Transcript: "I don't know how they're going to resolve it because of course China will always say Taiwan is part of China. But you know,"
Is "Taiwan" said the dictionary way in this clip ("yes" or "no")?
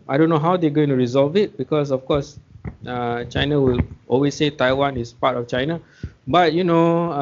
yes